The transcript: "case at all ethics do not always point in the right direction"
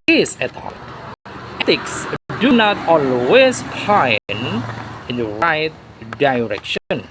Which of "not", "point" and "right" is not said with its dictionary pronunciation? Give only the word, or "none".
point